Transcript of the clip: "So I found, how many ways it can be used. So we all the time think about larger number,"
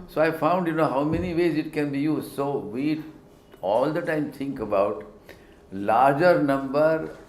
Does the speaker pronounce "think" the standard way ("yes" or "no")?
no